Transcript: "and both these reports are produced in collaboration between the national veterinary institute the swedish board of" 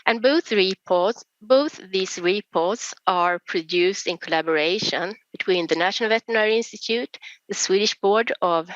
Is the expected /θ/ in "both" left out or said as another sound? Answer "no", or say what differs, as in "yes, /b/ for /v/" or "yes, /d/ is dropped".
no